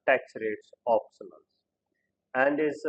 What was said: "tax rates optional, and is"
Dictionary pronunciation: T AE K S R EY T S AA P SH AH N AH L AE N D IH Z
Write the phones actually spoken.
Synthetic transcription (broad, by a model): T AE K S R EY T S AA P S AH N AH N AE N D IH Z